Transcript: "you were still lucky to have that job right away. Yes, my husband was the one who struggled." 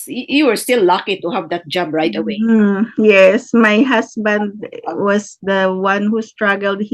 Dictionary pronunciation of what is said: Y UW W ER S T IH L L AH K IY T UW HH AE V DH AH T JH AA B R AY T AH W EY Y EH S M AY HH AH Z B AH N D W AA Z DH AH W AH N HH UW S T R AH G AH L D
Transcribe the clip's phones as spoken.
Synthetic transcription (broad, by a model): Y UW W ER S T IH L L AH K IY T UW HH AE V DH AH T JH AA B R AY T AH W EY Y EH S M AY HH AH S B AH N D W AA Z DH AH W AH N HH UW S T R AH G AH L D